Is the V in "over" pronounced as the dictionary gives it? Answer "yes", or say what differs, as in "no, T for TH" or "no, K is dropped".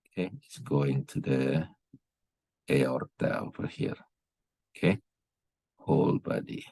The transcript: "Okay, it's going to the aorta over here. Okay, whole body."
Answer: no, F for V